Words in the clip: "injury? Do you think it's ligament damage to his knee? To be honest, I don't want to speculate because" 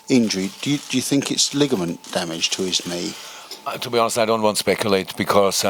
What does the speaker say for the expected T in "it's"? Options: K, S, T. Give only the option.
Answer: T